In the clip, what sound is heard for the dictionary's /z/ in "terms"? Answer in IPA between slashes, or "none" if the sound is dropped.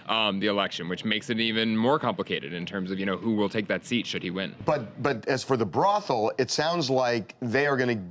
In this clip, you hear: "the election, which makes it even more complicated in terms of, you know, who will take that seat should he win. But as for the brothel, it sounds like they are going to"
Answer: /z/